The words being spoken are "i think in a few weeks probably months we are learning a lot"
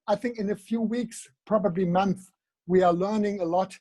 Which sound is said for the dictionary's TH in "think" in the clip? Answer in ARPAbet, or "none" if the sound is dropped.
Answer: TH